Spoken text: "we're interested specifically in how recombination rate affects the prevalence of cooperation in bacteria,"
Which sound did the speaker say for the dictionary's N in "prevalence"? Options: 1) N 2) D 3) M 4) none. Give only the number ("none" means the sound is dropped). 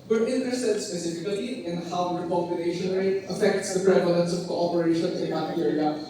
1